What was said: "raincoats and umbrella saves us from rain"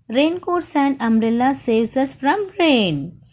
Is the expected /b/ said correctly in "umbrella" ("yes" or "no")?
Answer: no